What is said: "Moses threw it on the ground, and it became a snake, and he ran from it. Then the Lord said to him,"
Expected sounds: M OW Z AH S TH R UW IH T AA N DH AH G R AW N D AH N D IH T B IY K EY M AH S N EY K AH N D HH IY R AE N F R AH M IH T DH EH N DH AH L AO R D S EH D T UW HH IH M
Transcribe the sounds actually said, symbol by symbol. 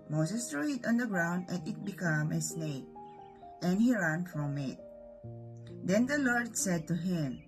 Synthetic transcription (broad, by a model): M OW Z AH S T R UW IH T AA N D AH G R AW N D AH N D IH T B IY K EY M AH S N EY K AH N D HH IY R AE N F R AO M IH T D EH N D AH L AO R D S EH D T UW HH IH M